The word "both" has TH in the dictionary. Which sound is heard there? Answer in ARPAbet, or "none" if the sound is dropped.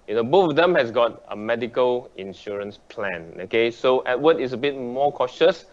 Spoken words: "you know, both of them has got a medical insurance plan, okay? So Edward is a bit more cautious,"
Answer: F